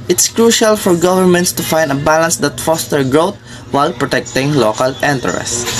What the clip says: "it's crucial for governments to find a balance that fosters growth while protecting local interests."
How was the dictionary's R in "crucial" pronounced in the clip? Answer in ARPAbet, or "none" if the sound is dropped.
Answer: R